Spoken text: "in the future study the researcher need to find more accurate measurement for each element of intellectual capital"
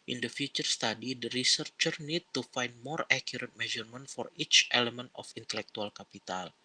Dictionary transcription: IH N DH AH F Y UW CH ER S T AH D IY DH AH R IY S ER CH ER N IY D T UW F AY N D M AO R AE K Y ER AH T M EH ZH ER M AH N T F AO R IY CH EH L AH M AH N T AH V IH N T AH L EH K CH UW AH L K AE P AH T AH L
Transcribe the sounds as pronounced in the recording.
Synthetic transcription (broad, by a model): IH N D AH F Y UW CH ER S T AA D IY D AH R IY S ER CH ER N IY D T UW F AY N D M AO R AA K Y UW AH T M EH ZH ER M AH N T F AO R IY CH EH L AH M AH N T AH F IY N T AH L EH K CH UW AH L K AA P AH T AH L